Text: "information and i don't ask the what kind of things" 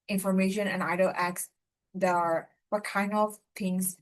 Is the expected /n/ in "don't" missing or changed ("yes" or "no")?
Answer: yes